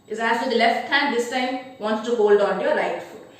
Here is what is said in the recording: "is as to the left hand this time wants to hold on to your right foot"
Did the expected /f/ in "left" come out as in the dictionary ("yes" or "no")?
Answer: yes